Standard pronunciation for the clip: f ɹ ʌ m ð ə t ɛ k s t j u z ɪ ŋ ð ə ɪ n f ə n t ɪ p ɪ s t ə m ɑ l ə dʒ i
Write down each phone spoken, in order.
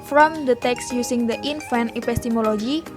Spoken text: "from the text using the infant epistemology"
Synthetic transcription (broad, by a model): f ɹ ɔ m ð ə t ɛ k s j u s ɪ ŋ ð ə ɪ n f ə n ɪ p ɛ s t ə m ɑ l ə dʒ i